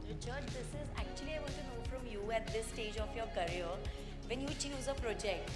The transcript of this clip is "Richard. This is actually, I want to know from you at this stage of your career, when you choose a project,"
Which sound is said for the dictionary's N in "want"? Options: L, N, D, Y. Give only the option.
L